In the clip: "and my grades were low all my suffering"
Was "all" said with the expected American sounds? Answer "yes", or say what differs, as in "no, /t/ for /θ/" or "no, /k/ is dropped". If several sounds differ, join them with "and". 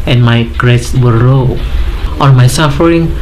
no, /n/ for /l/